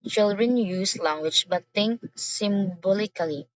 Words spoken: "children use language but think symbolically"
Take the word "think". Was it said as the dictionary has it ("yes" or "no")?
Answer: no